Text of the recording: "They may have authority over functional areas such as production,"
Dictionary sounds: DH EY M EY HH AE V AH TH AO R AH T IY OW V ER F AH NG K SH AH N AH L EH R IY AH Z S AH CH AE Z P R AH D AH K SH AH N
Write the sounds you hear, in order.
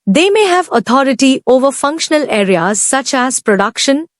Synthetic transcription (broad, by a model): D EY M EY HH AE V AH T AO R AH T IY OW V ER F AH NG K SH AH N AH L EH R IY AH Z S AH CH AE Z P R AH D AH K SH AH N